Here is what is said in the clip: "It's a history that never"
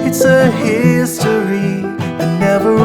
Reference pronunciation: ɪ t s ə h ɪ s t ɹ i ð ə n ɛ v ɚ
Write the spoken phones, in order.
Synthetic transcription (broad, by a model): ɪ t s ə h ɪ s t i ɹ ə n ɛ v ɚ